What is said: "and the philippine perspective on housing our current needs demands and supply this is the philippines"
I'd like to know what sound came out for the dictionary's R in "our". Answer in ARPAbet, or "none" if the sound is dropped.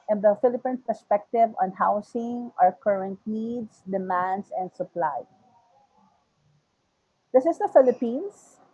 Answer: R